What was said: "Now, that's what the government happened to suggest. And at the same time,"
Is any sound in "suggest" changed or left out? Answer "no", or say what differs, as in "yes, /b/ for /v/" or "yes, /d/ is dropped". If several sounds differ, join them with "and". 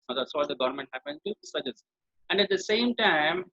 yes, /t/ is dropped